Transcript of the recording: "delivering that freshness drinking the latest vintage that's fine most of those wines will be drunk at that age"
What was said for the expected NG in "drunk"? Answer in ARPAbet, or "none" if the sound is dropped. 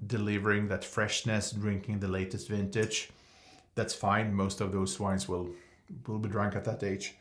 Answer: NG